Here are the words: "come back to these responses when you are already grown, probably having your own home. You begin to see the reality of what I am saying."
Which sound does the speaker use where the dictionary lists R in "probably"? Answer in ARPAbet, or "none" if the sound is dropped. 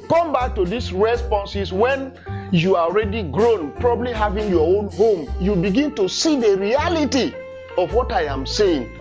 R